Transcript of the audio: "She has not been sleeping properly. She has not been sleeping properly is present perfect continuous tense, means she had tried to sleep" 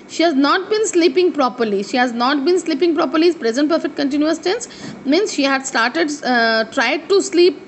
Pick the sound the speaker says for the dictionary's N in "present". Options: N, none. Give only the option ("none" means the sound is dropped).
N